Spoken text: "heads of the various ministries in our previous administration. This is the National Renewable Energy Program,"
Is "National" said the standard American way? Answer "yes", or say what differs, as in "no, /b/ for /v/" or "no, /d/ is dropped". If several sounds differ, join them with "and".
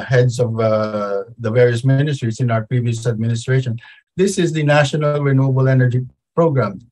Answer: yes